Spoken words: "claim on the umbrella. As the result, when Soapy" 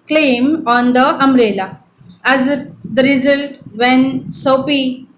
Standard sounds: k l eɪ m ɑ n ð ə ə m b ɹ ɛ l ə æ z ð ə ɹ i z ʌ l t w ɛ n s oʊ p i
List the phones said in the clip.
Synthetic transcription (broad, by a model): k l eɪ m ɑ n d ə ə m ɹ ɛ l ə æ z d ə ɹ i z ʌ l t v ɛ n s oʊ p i